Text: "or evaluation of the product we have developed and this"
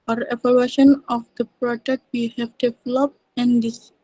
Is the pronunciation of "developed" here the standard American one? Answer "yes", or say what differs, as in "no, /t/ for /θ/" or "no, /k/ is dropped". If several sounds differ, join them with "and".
no, /t/ is dropped